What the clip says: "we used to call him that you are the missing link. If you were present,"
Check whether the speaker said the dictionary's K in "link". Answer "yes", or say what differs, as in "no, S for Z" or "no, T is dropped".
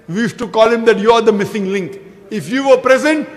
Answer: yes